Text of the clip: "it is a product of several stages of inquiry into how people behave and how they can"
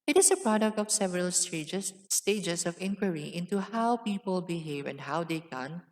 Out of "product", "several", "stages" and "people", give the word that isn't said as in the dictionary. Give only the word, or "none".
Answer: stages